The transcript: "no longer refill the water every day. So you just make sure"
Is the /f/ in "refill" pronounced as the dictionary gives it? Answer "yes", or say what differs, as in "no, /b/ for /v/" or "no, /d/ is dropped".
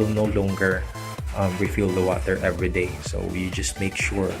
yes